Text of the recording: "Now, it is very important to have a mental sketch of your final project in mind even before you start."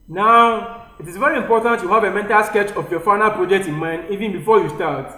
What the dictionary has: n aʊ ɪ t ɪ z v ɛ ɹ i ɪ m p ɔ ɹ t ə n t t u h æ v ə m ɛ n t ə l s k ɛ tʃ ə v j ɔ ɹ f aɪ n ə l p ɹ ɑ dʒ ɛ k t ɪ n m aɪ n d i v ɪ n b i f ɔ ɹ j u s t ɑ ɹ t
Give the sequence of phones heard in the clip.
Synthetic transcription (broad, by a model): n aʊ ɪ t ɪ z v ɛ ɹ i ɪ m p ɔ t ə n t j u h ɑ v ə m ɛ n t ə l s k ɛ tʃ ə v j ɔ f aɪ n ə l p ɹ ɑ dʒ ɛ k t ɪ n m aɪ n d i v ɪ n b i f ɔ j u s t ɑ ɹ t